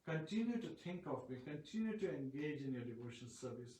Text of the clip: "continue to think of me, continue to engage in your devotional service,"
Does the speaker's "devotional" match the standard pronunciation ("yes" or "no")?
no